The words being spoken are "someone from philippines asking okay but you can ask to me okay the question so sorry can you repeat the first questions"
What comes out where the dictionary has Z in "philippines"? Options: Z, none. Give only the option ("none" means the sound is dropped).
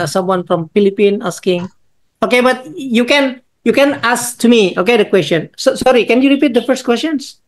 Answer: none